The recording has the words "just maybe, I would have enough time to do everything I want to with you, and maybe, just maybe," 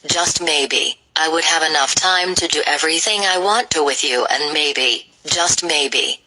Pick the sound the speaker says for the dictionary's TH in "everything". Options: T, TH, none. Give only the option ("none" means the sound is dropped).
TH